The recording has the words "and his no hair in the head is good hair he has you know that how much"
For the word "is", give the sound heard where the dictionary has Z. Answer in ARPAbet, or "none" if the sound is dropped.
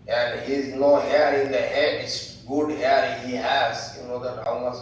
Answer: S